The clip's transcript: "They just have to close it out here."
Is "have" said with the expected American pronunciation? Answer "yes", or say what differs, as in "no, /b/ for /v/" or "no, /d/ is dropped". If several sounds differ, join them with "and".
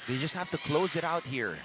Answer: no, /f/ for /v/